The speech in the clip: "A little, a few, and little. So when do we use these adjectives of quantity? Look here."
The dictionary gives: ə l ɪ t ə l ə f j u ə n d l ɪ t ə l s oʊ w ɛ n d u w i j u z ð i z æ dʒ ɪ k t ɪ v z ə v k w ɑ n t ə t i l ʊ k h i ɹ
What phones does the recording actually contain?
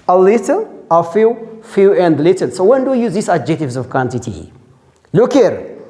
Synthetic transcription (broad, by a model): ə l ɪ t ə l ə f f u ə n d l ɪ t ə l s oʊ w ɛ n d u j u z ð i s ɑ dʒ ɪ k t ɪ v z ə v k w ɑ n t ə t i l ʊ k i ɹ